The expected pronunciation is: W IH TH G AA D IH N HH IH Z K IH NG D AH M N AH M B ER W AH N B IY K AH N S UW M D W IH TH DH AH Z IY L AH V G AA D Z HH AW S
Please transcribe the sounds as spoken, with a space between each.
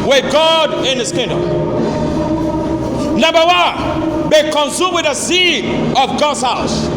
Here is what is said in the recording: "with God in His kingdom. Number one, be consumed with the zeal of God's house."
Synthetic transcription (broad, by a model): W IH G AA D IH N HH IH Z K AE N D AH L N AH M B ER W AH N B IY K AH N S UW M W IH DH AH S IY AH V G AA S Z HH AW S